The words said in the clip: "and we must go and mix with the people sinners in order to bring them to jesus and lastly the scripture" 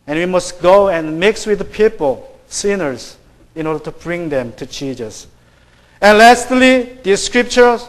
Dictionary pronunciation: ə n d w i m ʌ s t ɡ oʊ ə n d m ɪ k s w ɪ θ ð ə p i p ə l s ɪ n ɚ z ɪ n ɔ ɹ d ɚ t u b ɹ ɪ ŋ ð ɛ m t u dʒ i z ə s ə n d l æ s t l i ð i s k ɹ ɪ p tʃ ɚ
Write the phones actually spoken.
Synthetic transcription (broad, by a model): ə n w i m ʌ s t ɡ oʊ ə n m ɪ k s w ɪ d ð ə p i p ə l s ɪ n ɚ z ɪ n ɔ ɹ d ɚ t u b ɹ ɪ ŋ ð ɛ m t u tʃ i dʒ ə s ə n l æ s t l i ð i s k ɹ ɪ p tʃ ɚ